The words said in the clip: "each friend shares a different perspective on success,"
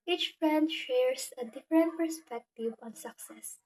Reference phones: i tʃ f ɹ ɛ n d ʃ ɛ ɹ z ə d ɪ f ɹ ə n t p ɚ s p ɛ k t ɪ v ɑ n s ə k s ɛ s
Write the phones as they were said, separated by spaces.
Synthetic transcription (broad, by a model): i tʃ f ɹ ɛ n d ʃ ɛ ɹ s ə d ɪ f ɹ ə n t p ɚ s p ɛ k t ɪ v ɑ n s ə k s ɛ s